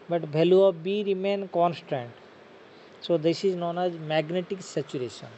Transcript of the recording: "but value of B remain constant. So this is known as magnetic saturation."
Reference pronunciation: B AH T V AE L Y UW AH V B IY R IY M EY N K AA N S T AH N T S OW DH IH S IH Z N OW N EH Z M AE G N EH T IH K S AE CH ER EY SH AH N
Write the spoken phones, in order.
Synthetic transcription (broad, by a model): B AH T B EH L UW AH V B IY R IY M EY N K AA N S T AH N T S OW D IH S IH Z N OW N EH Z M AE G N EH T IH K S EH CH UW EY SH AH N